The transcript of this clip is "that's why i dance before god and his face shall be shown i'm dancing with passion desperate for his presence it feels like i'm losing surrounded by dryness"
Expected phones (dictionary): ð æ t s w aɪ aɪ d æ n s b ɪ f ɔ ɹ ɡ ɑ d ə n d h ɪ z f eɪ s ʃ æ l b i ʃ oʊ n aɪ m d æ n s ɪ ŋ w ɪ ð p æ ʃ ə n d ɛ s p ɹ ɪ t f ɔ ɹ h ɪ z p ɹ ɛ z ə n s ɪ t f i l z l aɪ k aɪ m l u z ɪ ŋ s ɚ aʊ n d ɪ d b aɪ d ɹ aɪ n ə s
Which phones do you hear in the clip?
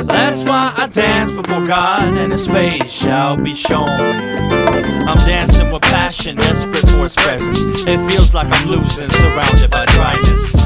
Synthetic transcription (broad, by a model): ð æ t s w aɪ aɪ d æ n s b ɪ f ɔ ɹ ɡ ɑ d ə n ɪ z f eɪ s ʃ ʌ l b i ʃ oʊ n aɪ m d æ n s ɪ ŋ w ɪ ð p æ ʃ ə n d ɛ s p ɹ ɪ t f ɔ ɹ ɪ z p ɹ ɛ z ə n s ɪ t f i l z l aɪ k aɪ m l u z ɪ ŋ s ɚ aʊ n d ɪ d b aɪ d ɹ aɪ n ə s